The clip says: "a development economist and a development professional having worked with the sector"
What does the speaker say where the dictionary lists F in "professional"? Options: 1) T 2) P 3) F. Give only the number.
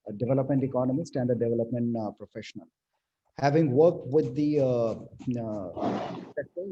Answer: 3